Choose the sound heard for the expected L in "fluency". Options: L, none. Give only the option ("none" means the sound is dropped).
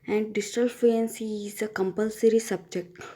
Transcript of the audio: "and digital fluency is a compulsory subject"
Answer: none